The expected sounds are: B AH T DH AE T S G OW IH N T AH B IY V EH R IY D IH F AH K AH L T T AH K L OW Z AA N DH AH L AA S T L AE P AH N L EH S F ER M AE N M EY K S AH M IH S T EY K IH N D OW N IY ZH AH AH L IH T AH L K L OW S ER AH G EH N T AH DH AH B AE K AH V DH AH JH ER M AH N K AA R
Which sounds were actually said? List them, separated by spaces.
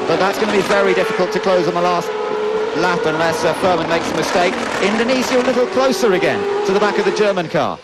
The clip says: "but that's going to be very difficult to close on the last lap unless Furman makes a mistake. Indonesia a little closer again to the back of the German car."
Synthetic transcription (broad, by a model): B AH T DH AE T S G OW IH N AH B IY V EH R IY D IH F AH K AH L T T AH K L OW Z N DH AH L AA S T L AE F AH N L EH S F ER M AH N M EY K S AH M IH S T EY K IH N D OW N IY S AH AH L IH T L K L OW S ER AH G EH N T AH DH AH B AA K AH V DH AH JH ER M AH N K AA